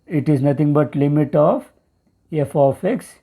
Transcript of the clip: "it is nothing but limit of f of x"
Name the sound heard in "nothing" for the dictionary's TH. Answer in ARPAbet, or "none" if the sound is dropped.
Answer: T